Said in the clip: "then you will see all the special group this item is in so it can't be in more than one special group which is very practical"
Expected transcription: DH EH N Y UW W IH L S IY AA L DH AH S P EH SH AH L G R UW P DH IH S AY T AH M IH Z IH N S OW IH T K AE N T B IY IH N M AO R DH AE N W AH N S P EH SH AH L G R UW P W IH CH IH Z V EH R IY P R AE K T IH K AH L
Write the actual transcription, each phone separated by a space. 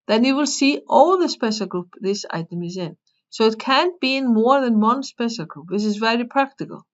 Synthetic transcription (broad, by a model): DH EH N Y UW W IH L S IY AA L DH AH S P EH S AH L G R UW P DH IH S AY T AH M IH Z IH N S OW IH T K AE N B IY IH N M AO R DH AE N W AH N S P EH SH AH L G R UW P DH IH S IH Z V EH R IY P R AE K T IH K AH L